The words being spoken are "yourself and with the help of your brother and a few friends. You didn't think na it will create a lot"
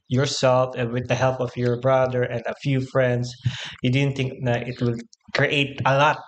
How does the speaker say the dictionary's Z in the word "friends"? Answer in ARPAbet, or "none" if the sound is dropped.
S